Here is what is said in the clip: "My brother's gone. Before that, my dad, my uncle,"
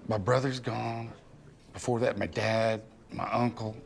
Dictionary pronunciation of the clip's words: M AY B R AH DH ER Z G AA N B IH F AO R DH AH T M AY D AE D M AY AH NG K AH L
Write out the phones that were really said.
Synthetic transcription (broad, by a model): M AY B R AH DH ER Z G AA N B IH F AO R DH AH T M AY D AE D M AY AH NG K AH L